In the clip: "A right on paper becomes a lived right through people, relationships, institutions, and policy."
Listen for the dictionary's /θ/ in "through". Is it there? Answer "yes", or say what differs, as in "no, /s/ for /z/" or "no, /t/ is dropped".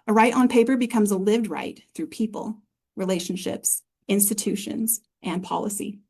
yes